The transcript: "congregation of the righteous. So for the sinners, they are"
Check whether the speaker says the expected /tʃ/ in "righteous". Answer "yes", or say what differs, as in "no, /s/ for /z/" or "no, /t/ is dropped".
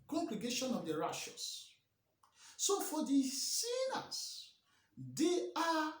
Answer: no, /ʃ/ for /tʃ/